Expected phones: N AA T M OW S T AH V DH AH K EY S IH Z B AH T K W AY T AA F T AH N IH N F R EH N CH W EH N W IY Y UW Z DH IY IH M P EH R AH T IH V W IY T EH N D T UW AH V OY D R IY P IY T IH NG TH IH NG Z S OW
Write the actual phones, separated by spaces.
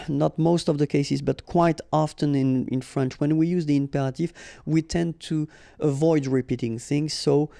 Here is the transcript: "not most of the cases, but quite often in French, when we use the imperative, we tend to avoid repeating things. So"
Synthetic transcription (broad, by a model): N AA T M OW S T AH V DH AH K EY S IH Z B AH T K W AY T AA F T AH N IH N F R EH N CH W EH N W IY Y UW Z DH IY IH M P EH R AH T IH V W IY T EH N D T UW AH V OY D R IY P IY T IH NG TH IH NG Z S OW